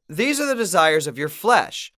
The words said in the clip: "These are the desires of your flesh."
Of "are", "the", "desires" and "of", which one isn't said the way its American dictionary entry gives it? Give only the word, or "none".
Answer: none